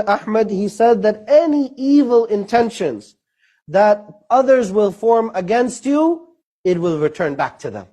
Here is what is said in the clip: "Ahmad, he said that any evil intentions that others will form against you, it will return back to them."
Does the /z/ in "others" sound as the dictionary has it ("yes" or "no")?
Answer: yes